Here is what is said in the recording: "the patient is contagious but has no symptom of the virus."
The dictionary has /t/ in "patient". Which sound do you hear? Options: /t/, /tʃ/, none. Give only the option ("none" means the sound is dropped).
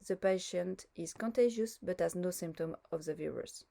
/t/